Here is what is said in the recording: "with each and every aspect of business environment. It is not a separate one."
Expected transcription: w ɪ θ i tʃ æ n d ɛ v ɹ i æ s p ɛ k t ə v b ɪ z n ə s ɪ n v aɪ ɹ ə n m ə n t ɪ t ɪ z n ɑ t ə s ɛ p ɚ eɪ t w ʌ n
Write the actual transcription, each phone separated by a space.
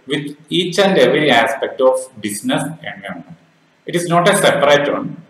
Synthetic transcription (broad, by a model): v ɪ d i tʃ æ n d ɛ v ɹ i æ s p ɛ k t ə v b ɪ s n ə s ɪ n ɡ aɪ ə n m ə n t ɪ t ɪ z n ɑ t ə s ɛ p ɚ eɪ t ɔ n